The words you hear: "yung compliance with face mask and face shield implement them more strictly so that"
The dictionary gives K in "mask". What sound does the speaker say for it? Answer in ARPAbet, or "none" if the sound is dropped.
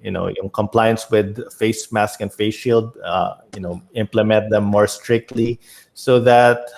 K